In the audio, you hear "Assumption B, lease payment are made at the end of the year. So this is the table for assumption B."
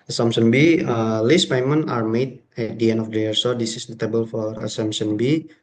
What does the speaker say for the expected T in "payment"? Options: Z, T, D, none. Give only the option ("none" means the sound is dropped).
none